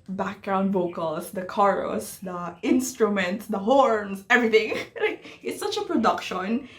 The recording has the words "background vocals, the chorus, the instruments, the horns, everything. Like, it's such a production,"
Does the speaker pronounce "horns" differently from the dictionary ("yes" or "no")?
yes